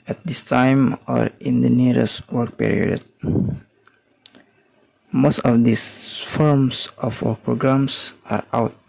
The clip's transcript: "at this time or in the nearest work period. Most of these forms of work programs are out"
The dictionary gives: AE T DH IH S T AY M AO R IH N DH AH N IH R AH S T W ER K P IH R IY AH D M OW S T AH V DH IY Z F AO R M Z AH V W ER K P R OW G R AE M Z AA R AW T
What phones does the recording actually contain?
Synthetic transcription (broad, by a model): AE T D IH S T AY M AO R IH N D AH N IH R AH S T W ER K P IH R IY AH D M OW S T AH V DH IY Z F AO R M S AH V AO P R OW G R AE M S AA R AW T